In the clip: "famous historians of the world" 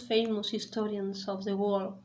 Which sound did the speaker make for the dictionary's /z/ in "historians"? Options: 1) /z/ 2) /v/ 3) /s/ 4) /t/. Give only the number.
3